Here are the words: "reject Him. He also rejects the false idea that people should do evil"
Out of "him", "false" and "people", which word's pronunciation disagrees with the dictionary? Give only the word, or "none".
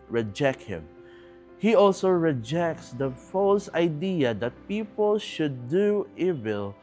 none